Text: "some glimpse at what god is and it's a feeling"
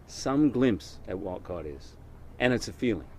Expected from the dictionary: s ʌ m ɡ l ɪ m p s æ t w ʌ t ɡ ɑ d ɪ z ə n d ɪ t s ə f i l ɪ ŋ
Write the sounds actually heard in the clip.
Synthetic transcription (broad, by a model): s ʌ m ɡ l ɪ m p s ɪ t w ʌ t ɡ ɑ d ɪ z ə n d ɪ t s ə f i l ɪ ŋ